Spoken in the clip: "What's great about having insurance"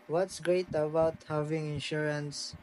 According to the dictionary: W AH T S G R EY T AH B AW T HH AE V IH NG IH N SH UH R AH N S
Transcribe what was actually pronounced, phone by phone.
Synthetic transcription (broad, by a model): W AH T S G R EY T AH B AW T HH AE V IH NG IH N SH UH R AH N S